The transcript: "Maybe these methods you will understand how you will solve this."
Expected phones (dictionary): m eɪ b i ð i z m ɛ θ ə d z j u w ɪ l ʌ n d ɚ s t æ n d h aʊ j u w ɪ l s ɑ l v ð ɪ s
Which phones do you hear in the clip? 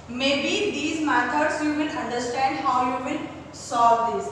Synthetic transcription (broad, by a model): m eɪ b i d i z m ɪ t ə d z j u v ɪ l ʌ n d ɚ s t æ n d h aʊ j u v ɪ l s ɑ v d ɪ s